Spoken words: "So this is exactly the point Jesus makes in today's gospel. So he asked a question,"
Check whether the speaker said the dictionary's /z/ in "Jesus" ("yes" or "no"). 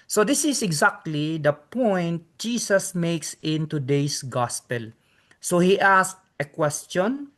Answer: no